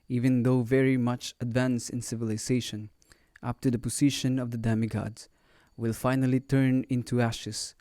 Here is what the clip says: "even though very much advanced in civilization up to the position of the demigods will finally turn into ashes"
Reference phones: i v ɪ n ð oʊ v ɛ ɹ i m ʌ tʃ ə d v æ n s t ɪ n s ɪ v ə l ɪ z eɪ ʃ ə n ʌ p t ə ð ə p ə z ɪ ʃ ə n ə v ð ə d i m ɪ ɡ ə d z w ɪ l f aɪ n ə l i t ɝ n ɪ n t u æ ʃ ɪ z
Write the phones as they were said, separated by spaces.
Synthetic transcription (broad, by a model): i v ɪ n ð oʊ v ɛ ɹ i m ʌ tʃ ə d v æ n s ɪ n s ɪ v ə l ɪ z eɪ ʃ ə n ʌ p t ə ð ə p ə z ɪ ʃ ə n ə v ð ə d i m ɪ ɡ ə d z w ɪ l f aɪ n ə l i t ɝ n ɪ n t u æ ʃ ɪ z